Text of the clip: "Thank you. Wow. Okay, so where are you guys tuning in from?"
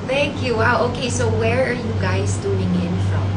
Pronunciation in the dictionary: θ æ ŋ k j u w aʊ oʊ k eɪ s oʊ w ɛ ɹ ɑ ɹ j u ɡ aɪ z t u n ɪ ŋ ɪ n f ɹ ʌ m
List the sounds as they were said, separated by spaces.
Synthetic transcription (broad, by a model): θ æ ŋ k j u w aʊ oʊ k eɪ s oʊ w ɛ ɹ ɑ ɹ j u ɡ aɪ s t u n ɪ ŋ ɪ n f ɹ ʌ m